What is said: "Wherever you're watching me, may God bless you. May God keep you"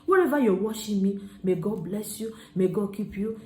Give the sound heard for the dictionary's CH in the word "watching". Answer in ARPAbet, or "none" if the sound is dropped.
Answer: SH